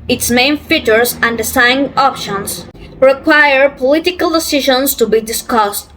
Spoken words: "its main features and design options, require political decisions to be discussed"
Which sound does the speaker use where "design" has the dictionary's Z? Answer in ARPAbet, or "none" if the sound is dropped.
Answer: S